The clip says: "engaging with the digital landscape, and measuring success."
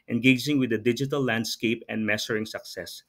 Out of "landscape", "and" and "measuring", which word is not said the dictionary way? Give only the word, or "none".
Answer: measuring